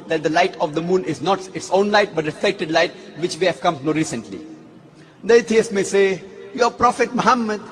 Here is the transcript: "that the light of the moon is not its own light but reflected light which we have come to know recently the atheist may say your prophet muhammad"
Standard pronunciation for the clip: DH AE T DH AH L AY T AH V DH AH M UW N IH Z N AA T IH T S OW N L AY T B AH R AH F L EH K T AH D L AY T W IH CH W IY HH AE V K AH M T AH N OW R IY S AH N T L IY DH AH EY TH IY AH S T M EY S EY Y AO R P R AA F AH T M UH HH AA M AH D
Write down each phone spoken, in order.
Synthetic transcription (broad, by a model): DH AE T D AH L AY T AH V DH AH M UW N IH Z N AA T IH T S OW N L AY T B AH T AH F EH K T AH D L AY T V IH CH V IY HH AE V K AH M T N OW R IY S AH N T L IY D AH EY T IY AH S M EY S EY Y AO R P R AA F AH T M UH HH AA M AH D